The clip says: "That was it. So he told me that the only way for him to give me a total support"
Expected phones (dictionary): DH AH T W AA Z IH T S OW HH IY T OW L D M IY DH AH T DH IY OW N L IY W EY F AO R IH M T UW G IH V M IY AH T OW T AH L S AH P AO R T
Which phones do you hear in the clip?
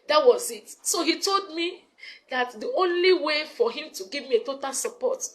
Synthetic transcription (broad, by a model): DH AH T W AA Z IH T S OW HH IY T OW L D M IY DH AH T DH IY OW N L IY W EY F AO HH IH M T UW G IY V M IY AH T OW T AH L S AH P AO T